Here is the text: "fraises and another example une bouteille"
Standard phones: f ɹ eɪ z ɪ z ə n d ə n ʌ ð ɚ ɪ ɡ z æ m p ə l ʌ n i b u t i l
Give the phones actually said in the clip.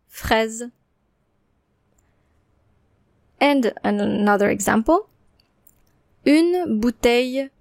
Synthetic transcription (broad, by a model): f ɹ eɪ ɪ z ə n d ə n ʌ ð ɚ ɪ ɡ z æ m p ə l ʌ n b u t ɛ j